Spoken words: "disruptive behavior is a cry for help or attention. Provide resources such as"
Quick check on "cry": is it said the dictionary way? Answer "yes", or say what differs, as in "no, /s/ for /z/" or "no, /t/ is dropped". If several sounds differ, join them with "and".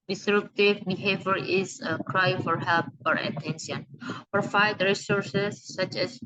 yes